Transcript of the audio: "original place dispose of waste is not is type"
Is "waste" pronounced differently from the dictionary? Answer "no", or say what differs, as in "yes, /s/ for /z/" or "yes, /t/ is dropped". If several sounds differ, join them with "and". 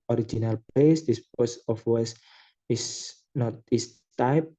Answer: yes, /t/ is dropped